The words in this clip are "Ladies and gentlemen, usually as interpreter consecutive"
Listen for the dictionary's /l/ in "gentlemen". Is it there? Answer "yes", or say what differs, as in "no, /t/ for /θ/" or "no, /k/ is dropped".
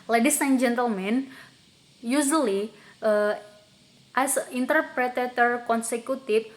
yes